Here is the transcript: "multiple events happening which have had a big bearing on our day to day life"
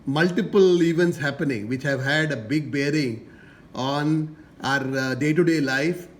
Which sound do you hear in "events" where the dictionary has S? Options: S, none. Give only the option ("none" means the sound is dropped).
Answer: S